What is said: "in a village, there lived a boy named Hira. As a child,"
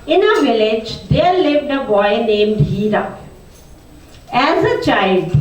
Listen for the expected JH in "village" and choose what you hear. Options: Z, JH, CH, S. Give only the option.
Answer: JH